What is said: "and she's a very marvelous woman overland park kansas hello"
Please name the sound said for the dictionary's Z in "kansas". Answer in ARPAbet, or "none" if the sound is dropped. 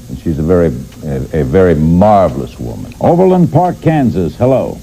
Z